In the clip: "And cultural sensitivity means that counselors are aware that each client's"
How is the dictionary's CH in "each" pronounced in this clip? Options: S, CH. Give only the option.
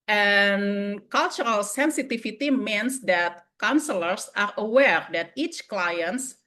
CH